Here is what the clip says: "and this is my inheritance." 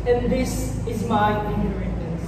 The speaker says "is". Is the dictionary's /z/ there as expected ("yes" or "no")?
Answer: yes